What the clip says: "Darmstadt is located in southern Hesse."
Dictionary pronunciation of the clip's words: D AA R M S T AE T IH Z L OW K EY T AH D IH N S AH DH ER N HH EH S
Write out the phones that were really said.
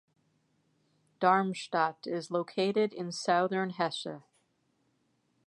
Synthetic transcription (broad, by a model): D AA R M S T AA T IH Z L OW K EY T AH D IH N S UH DH ER N HH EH SH